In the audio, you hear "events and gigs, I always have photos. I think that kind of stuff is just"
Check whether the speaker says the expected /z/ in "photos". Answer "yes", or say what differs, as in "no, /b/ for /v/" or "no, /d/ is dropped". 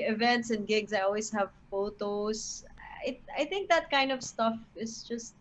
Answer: no, /s/ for /z/